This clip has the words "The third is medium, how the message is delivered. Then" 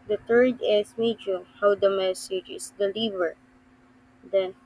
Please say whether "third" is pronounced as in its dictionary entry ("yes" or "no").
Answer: no